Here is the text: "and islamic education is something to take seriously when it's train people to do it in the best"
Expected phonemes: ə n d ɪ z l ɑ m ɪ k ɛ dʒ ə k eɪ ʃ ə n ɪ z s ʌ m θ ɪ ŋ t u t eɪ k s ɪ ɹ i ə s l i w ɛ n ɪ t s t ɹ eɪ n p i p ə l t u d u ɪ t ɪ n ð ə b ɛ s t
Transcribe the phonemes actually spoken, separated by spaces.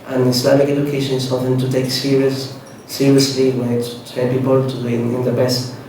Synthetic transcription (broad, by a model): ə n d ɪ s l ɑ m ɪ k ɛ dʒ ə k eɪ ʃ ə n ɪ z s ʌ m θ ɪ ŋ t u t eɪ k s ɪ ɹ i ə s l i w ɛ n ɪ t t eɪ l p i p ə l t u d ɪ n ɪ n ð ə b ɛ s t